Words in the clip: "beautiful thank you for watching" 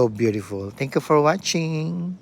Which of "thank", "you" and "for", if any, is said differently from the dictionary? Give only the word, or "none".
thank